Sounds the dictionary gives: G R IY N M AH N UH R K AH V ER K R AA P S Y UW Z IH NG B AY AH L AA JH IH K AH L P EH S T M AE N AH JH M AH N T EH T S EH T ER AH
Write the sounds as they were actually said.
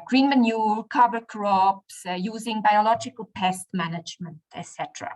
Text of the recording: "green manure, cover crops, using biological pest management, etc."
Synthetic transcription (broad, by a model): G R IY N M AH N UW R K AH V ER K R AA P S Y UW Z IH NG B AY AH L AA JH IH K AH L P EH S T M AE N AH JH M AH N T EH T S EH T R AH